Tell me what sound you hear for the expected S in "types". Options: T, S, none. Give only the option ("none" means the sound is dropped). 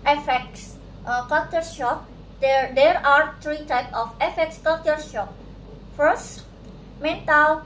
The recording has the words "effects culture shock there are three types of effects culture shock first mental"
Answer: none